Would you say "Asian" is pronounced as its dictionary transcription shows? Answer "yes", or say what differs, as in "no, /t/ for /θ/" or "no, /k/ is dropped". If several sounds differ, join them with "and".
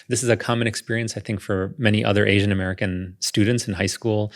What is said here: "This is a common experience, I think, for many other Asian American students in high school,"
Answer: yes